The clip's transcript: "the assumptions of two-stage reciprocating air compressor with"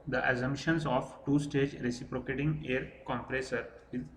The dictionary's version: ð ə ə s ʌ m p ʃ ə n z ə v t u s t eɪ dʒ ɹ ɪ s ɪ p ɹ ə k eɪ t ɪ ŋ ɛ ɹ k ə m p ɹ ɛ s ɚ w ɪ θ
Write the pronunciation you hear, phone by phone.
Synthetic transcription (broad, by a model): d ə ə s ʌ m ʃ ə n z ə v t u s t eɪ dʒ ɹ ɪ s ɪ p ɹ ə k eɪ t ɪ ŋ ɛ ɹ k ə m p ɹ ɛ s ɚ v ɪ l